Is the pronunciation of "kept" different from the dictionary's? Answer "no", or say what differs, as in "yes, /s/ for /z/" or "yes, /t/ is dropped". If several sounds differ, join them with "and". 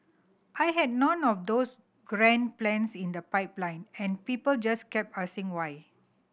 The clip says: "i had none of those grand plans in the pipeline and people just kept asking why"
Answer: yes, /t/ is dropped